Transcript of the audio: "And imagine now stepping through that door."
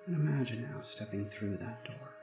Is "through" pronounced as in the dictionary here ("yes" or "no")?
yes